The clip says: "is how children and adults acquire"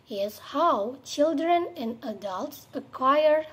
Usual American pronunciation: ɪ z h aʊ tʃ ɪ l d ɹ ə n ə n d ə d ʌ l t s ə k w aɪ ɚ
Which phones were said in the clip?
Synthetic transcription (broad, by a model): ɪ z h aʊ tʃ ɪ l d ɹ ə n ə n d ə d ʌ l t s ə k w aɪ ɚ